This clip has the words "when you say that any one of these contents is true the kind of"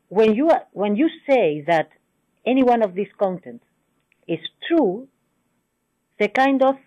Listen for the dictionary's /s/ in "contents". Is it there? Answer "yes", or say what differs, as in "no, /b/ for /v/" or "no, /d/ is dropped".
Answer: no, /s/ is dropped